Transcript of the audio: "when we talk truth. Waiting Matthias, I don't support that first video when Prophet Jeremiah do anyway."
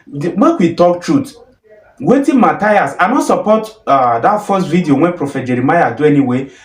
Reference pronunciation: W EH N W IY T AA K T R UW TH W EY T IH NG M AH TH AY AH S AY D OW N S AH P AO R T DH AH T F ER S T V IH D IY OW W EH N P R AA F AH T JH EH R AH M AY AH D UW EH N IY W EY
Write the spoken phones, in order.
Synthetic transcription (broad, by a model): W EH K W IY T AA K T R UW T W EY T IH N M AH T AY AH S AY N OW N S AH P AO T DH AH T F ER S T V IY D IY OW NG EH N P R AA F AH T JH EH R AH M AY AH D UW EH N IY W EY